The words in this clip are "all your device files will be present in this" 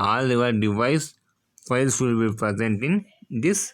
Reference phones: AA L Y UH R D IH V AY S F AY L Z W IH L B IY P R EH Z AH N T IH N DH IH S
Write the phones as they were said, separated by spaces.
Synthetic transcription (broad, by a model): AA L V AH R D IH V AY S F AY L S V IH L B IY P R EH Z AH N T IH N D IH S